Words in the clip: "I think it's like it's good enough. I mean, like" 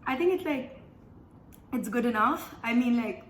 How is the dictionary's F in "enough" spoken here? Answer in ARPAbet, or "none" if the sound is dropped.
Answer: F